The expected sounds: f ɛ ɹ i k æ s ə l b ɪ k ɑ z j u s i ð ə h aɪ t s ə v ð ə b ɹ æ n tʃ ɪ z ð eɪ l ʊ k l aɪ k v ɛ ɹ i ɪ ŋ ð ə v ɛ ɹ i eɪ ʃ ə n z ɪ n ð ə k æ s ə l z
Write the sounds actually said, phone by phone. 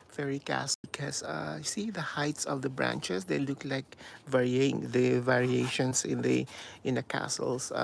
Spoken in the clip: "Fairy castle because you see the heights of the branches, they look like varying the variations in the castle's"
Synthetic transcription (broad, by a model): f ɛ ɹ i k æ s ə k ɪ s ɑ j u s i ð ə h aɪ t s ə v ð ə b ɹ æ n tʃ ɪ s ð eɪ l ʊ k l aɪ k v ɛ ɹ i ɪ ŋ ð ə v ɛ ɹ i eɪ ʃ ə n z ɪ n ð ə k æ s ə l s